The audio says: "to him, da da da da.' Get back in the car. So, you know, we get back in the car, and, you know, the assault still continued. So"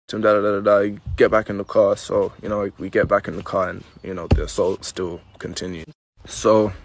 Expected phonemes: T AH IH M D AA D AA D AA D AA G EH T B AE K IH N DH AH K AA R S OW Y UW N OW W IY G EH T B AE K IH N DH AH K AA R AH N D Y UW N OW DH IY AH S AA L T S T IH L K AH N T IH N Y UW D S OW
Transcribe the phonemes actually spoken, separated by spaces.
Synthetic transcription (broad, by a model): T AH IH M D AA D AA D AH D AA G EH T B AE K IH N DH AH K AA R S OW Y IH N OW W IY G EH T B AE K IH N DH AH K AA R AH N Y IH N OW DH IY AH S AA L T S T IH L K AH N T IH N Y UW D S OW